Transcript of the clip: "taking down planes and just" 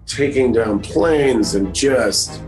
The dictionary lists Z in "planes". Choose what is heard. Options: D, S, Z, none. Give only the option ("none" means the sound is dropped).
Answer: Z